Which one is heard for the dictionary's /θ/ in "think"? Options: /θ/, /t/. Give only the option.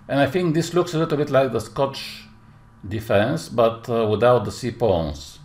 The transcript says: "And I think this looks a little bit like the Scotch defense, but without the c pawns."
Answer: /θ/